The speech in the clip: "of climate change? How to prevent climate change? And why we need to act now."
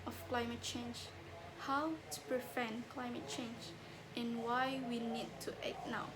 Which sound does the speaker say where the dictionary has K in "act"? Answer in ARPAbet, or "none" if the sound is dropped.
none